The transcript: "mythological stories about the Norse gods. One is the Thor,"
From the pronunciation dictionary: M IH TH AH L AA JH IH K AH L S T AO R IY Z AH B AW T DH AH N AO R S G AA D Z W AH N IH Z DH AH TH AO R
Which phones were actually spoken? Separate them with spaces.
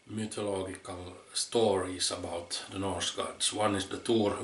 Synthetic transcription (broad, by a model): M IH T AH L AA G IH K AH L S T AO R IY S AH B AW T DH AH N AO R S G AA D S W AH N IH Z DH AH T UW R